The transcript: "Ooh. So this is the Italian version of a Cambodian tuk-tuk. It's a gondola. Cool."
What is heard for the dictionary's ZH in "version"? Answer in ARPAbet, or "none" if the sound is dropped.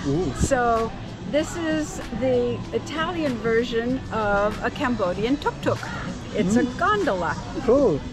ZH